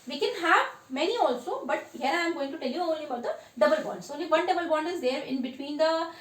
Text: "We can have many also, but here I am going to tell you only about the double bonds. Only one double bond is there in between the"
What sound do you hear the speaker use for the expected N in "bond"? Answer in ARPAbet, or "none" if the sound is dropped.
N